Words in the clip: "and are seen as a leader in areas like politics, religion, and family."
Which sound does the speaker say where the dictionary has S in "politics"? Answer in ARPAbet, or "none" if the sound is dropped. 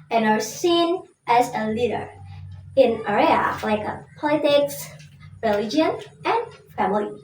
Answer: S